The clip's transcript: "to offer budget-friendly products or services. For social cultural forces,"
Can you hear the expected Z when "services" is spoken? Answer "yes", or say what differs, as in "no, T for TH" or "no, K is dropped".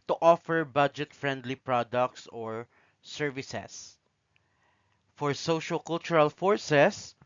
no, S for Z